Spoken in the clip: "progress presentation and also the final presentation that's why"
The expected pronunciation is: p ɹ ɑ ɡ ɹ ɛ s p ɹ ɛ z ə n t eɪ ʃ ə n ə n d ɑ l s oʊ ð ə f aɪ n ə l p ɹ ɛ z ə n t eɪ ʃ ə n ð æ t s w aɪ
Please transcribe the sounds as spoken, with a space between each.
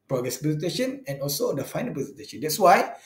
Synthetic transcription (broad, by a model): p ɹ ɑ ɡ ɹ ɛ s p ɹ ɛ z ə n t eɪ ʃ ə n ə n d ɑ l s oʊ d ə f aɪ n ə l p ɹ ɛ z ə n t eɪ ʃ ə n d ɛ t s w aɪ